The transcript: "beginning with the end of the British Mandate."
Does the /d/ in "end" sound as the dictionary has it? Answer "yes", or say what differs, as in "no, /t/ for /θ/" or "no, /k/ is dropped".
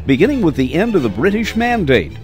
yes